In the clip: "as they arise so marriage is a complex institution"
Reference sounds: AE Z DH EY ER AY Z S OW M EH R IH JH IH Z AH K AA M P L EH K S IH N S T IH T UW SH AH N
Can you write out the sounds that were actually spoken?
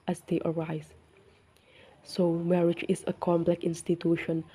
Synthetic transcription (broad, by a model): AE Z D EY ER AY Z S OW M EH R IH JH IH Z AH K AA M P L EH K IH N S T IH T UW SH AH N